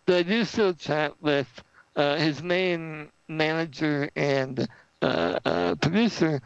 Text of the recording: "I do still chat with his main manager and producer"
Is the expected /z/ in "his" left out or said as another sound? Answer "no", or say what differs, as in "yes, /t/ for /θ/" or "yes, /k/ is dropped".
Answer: no